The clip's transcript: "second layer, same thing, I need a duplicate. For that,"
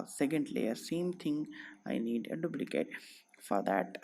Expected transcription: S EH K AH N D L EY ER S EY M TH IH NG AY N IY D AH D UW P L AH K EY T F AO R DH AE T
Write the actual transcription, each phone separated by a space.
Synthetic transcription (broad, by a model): S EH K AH N D L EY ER S EY M T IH NG AY N IY D AH D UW B L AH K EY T F AO R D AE T